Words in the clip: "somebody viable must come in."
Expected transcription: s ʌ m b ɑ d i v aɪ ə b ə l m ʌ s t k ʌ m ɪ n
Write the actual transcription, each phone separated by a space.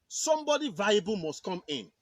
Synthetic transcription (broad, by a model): s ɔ m b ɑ d i v aɪ ə b ə l m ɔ s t k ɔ m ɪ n